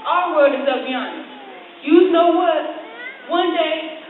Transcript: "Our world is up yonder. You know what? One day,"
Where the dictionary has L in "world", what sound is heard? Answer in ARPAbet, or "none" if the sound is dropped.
none